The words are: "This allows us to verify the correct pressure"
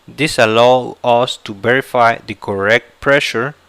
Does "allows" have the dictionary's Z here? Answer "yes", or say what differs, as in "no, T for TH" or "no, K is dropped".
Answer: no, Z is dropped